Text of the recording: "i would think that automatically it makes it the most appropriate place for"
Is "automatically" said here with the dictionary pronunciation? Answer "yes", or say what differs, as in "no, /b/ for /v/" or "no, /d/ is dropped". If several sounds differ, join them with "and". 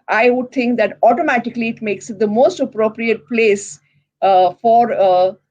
yes